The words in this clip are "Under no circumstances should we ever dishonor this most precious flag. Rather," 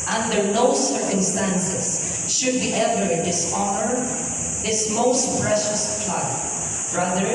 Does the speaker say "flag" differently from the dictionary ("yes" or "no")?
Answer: yes